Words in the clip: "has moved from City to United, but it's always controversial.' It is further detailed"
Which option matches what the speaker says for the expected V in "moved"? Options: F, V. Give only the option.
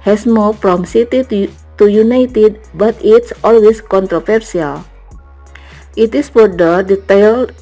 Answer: F